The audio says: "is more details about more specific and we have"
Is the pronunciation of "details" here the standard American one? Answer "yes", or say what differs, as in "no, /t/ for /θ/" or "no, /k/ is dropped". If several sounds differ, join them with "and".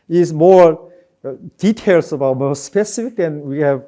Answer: no, /s/ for /z/